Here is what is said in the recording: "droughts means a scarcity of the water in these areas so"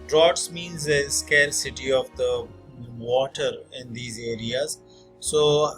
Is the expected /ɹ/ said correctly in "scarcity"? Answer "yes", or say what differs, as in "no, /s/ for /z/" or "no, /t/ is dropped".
no, /l/ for /ɹ/